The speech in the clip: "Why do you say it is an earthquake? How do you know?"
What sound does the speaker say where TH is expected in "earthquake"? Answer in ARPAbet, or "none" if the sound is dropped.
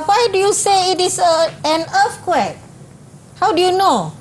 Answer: F